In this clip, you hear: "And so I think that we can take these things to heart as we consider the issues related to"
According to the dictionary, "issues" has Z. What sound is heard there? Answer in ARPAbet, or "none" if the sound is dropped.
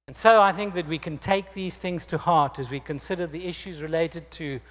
Z